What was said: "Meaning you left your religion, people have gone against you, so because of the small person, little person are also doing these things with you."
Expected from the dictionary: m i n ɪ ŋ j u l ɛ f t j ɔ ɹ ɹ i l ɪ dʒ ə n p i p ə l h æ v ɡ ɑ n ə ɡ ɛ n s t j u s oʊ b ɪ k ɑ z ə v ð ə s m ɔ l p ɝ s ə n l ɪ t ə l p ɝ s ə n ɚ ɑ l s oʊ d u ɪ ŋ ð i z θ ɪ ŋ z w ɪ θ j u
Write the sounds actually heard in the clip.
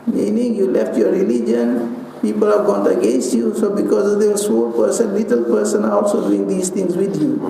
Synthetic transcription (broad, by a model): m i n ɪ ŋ j u l ɛ f t j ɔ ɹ ɹ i l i dʒ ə n p i p ə l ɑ ɡ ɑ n ə ɡ ɛ n s t j u s oʊ b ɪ k ɑ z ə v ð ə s ɔ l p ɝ s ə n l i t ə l p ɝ s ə n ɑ ɑ l s oʊ d u ɪ ŋ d i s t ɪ ŋ s w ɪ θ j u